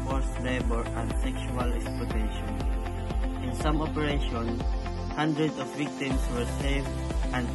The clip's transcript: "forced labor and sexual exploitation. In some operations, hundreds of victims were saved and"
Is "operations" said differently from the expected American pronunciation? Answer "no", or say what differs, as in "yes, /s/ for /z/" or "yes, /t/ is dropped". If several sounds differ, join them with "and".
yes, /z/ is dropped